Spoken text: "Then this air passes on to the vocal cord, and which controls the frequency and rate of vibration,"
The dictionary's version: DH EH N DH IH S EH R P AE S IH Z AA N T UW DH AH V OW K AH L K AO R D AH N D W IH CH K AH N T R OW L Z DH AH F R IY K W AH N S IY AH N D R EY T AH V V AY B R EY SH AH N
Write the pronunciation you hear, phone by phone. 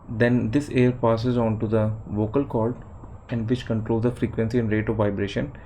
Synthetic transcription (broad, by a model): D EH N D IH S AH R P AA S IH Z AA N T UW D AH V OW K AH L K AO L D AH N D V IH CH K AH N T R OW L Z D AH F R IY K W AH N S IY AH N D R EY T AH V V AY B R EY SH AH N